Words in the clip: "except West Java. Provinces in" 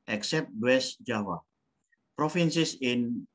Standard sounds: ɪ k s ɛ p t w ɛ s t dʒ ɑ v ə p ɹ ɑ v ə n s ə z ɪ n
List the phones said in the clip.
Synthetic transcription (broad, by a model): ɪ k s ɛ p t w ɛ s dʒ ɑ w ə p ɹ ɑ f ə n s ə s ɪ n